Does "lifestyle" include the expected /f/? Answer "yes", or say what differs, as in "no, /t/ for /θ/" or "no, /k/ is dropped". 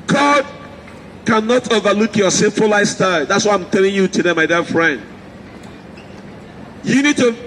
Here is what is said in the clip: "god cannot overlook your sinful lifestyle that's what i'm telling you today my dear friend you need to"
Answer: no, /f/ is dropped